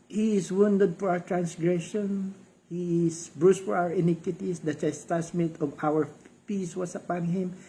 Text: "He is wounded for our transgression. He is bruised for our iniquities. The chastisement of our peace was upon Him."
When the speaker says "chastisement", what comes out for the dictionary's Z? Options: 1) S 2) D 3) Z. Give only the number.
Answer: 1